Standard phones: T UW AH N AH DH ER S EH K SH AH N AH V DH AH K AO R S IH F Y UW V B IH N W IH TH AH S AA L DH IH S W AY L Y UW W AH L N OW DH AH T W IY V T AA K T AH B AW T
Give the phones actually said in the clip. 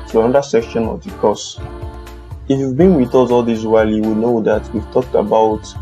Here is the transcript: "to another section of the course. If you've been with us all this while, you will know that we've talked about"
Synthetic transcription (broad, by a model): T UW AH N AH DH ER S EH K SH AH N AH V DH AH K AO S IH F Y UW V B IH N W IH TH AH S AA L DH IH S W AY L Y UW W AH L N OW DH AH T W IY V T AA K T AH B AW T